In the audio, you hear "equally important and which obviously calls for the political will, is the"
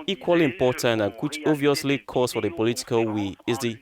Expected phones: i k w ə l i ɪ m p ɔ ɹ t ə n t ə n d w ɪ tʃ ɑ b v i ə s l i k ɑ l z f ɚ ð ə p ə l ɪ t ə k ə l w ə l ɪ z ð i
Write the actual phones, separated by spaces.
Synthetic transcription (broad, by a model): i k w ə l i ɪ m p ɔ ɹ t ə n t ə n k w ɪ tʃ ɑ v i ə s l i k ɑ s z f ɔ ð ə p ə l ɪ t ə k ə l w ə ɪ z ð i